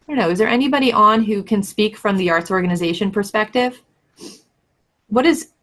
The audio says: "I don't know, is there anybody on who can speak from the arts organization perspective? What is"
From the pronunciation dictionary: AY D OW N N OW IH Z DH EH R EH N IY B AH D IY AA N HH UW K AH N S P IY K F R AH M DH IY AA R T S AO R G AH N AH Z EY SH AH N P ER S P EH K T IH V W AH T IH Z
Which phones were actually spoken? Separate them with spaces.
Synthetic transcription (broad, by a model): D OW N N OW IH Z DH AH R EH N IY B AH D IY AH N HH UW K AH N S P IY K F R AH M DH IY AA R T S AO R G AH N AH Z EY SH AH N P ER S P EH K T IH V W AH T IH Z